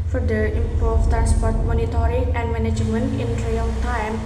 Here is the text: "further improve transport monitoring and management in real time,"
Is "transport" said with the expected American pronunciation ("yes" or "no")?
yes